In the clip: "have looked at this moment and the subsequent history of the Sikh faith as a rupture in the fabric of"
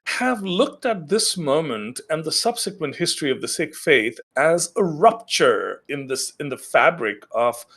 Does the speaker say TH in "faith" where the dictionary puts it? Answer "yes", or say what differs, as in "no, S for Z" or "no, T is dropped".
yes